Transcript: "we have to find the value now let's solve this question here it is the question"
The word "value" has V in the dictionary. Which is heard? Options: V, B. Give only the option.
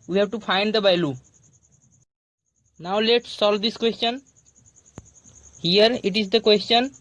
B